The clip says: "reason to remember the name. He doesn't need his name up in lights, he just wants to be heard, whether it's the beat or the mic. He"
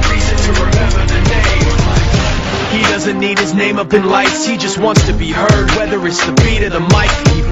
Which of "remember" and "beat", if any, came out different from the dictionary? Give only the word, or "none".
remember